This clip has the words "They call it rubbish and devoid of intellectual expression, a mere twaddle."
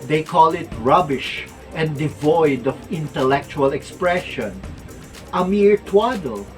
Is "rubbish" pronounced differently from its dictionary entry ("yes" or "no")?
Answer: no